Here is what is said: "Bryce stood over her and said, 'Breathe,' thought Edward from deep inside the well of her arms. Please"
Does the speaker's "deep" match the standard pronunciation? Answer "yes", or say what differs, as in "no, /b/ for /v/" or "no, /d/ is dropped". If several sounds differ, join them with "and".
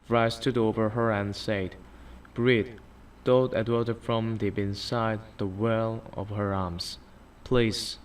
no, /b/ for /p/